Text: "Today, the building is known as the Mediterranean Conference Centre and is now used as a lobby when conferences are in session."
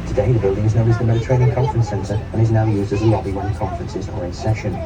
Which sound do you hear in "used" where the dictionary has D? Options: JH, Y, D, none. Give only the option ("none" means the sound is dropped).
D